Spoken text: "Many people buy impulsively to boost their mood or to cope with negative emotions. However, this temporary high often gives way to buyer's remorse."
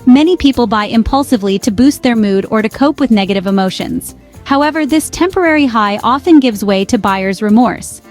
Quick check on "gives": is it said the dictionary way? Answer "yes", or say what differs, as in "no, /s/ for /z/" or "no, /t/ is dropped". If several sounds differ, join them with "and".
yes